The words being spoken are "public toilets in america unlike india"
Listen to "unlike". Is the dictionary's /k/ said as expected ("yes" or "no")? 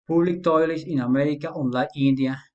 no